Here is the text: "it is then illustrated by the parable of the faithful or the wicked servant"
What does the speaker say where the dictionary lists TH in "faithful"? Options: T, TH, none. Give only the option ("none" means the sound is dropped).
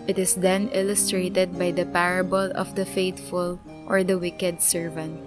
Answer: T